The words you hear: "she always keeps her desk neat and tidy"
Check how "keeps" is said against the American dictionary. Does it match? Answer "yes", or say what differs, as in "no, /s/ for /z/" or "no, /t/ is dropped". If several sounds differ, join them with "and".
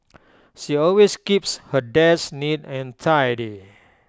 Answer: yes